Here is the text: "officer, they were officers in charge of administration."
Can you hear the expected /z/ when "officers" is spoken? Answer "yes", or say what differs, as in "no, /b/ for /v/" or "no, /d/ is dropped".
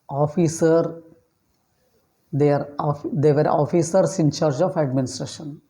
no, /s/ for /z/